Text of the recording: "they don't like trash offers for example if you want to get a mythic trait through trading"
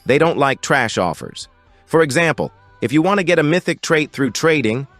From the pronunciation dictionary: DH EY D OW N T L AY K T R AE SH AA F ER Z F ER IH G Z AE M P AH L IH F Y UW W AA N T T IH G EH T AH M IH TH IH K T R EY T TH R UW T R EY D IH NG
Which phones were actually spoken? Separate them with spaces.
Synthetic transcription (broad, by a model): DH EY D OW N T L AY K T R AE SH AA F ER Z F ER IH G Z AE M P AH L IH F Y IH W AA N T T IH G EH T AH M IH TH IH K T R EY T TH R UW T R EY D IH NG